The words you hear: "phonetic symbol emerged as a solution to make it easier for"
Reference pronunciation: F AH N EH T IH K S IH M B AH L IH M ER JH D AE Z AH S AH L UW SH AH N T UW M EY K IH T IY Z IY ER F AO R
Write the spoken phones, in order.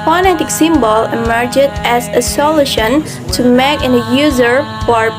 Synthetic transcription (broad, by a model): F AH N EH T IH K S IH M B AH L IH M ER JH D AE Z AH S AH L UW SH AH N T UW M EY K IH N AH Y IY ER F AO R